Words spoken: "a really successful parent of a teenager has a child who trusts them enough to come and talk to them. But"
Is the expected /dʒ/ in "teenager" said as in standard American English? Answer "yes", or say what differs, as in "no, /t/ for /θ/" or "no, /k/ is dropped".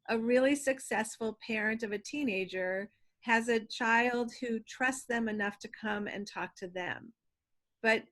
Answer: yes